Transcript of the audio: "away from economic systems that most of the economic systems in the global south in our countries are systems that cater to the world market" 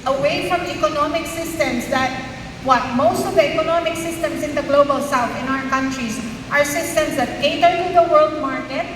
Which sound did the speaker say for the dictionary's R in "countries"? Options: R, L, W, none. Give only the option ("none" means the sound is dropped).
R